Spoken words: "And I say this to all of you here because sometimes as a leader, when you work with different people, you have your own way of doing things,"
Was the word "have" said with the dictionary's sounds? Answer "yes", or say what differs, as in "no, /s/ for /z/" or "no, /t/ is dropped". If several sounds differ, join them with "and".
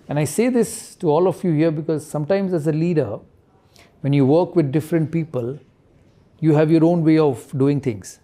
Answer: yes